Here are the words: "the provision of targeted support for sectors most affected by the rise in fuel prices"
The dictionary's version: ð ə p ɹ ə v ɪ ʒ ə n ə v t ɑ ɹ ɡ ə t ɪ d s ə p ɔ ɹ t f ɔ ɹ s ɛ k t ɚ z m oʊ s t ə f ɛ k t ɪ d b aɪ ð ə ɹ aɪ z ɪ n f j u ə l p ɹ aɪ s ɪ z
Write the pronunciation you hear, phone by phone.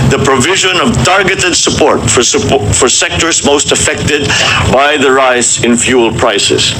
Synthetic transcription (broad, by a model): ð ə p ɹ ə v ɪ ʒ ə n ə v t ɑ ɹ ɡ ə t ɪ d s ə p ɔ ɹ t f ɔ ɹ s ɛ k t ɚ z m oʊ s t ə f ɛ k t ɪ d b aɪ ð ə ɹ aɪ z ɪ n f j u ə l p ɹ aɪ s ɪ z